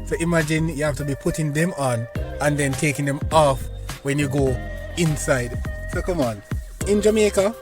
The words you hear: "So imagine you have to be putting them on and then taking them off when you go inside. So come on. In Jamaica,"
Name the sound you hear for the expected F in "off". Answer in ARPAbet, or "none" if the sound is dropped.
F